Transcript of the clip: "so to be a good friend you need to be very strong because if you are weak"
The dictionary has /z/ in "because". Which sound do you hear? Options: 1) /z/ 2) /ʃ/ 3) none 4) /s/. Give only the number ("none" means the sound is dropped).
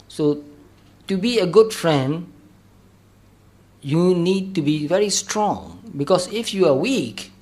4